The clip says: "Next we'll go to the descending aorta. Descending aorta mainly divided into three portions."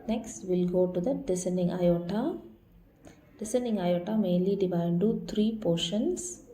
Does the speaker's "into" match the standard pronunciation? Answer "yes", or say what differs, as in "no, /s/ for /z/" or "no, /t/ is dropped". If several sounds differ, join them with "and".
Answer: no, /n/ is dropped